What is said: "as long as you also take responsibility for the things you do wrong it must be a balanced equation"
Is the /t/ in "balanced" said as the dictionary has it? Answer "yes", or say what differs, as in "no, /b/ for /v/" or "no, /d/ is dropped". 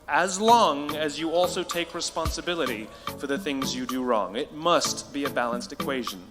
yes